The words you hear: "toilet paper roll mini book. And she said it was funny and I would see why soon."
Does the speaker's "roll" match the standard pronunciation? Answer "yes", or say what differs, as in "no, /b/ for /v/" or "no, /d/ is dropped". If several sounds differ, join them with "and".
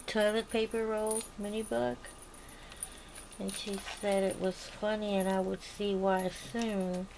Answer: yes